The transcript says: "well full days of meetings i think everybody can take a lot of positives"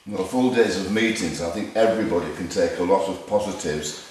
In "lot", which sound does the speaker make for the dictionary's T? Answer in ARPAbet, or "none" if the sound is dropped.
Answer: T